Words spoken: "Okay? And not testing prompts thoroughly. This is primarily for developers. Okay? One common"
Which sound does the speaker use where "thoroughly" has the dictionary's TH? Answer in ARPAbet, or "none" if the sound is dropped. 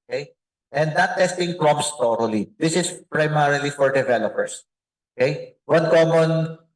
T